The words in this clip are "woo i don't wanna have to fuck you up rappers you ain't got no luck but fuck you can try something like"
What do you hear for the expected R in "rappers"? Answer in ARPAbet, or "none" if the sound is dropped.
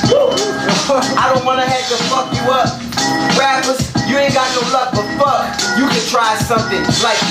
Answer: W